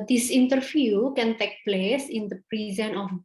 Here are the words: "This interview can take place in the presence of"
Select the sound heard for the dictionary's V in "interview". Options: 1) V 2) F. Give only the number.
2